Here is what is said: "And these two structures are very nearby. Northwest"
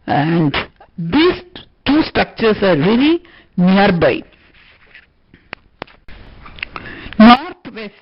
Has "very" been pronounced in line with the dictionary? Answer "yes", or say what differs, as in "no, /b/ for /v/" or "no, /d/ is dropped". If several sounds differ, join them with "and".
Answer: no, /l/ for /ɹ/